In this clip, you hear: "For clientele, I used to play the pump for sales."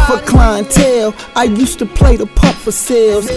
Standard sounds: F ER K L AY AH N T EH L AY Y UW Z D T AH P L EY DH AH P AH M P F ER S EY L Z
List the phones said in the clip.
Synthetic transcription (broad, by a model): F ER K L AY AH N T EH L AY Y UW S T AH P L EY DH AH P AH P F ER S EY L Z